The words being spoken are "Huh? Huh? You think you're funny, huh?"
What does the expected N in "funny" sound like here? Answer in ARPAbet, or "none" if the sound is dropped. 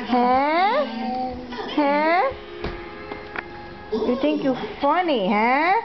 N